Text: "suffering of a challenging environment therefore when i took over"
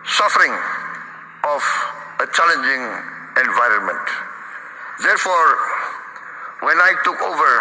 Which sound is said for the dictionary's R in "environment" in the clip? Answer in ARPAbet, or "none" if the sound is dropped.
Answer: R